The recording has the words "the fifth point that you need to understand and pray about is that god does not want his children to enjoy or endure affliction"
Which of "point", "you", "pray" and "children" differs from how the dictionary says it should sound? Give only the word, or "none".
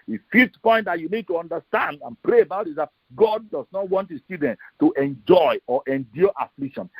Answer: children